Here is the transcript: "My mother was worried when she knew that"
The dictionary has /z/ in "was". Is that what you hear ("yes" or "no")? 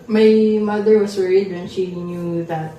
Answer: no